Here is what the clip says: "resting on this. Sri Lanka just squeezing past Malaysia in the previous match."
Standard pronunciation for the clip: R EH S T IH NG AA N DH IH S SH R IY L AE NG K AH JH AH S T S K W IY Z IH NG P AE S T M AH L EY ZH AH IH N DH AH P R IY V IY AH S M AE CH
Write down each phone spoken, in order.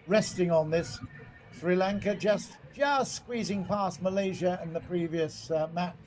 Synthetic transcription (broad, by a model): R EH S T IH NG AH N DH IH S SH R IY L AE NG K AH JH AH S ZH S K W IY Z IH NG P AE S M AH L EY ZH AH IH N DH AH P R IY V IY AH S M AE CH